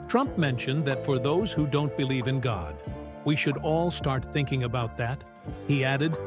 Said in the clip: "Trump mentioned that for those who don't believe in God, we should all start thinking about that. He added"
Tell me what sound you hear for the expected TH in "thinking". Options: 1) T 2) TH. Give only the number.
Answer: 2